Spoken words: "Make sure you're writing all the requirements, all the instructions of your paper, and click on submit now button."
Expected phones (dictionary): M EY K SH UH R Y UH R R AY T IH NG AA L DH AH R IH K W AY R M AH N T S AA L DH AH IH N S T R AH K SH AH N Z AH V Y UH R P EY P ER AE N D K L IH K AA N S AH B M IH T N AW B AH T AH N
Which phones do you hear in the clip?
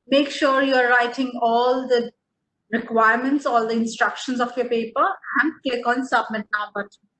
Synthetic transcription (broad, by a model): M EY K SH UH R Y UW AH R AY T IH NG AA L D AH R IH K W AY R M AH N T S AA L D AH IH N S T R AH K SH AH N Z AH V Y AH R P EY P ER AE N D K EH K AA N S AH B M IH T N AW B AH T